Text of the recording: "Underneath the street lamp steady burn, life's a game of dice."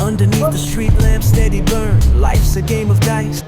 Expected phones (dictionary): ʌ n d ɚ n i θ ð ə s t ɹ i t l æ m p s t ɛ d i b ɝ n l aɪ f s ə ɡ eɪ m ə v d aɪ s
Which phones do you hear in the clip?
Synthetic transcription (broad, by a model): ʌ n d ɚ n i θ ð ə s t ɹ i t l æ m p s t ɛ d i b ɝ n l aɪ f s ə ɡ eɪ m ə v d aɪ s